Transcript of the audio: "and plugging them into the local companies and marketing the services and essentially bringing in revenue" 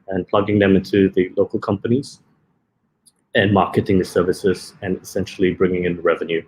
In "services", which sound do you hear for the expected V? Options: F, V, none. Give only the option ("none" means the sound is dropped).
V